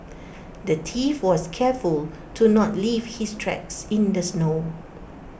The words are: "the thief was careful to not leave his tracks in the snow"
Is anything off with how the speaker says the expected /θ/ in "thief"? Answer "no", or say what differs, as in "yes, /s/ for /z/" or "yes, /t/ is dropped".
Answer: yes, /t/ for /θ/